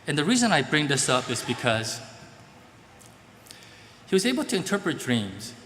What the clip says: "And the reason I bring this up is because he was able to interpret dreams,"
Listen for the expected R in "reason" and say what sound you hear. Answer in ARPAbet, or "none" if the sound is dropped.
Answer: R